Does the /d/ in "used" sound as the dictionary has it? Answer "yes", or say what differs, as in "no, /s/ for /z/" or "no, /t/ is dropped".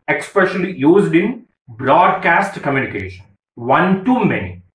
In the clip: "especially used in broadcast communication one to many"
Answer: yes